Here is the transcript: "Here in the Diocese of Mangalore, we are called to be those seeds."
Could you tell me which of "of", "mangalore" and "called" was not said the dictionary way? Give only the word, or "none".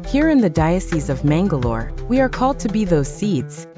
none